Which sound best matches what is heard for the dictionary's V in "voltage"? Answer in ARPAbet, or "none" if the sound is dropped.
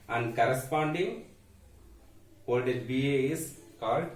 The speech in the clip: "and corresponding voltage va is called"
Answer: P